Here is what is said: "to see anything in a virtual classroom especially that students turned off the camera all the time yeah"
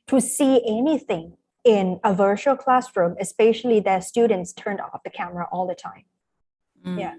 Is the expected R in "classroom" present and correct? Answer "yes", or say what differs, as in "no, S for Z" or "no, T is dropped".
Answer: yes